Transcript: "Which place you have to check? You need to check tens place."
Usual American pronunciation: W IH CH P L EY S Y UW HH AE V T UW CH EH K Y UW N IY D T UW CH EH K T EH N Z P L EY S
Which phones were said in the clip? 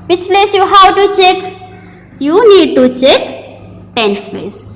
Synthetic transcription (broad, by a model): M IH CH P L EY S Y UW HH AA W T UW CH EH K Y UW N IY D T UW CH EH K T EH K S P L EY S